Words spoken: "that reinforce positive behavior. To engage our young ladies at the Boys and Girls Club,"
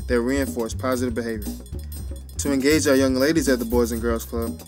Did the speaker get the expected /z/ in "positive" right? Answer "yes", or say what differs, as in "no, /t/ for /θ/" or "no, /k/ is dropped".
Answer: yes